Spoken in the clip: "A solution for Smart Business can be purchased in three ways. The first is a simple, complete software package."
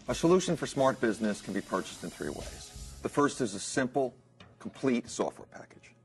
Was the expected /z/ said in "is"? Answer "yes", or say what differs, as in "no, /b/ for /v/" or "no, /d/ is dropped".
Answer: yes